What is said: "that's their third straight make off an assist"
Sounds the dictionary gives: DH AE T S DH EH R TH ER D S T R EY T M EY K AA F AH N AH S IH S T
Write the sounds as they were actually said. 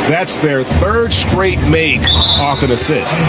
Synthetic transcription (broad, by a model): DH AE T S DH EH R TH ER D S T R EY T M EY K AA F AH N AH S IH S T